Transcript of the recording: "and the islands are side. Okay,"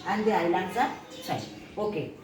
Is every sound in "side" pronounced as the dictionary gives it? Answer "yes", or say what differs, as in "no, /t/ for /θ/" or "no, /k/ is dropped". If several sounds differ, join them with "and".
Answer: no, /d/ is dropped